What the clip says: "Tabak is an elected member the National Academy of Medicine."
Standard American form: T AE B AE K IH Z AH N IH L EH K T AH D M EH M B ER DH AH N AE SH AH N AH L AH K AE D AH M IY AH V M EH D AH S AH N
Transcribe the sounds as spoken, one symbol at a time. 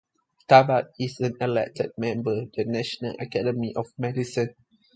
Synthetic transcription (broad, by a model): T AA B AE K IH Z AH N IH L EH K T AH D M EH M B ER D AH N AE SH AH N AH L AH K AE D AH M IY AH F M EH D AH S AH N